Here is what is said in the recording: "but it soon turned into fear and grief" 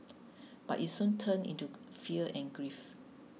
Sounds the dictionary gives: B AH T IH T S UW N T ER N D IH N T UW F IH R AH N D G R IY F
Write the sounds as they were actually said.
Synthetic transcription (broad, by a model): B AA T IH T S UW N T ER N IH N T UW F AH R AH N G R IY F